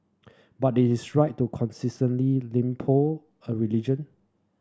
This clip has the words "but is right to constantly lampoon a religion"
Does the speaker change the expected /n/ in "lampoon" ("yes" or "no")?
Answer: yes